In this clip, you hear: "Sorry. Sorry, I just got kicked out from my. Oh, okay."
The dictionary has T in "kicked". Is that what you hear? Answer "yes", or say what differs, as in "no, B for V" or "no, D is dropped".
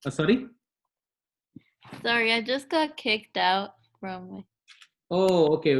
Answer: yes